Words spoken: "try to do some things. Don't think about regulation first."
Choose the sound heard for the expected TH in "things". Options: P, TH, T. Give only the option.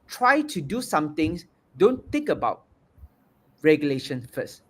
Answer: T